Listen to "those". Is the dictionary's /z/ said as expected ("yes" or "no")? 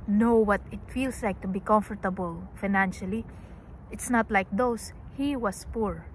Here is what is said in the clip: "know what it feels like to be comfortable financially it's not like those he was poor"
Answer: no